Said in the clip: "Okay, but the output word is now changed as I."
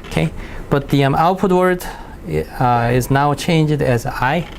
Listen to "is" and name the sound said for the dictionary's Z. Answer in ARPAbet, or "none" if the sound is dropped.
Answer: Z